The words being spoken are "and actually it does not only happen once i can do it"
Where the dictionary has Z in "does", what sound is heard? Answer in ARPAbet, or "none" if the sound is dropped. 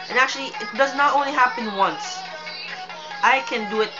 Z